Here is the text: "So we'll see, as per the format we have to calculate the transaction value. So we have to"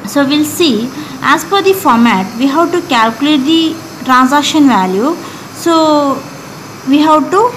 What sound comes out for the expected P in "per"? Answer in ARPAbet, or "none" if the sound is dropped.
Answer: F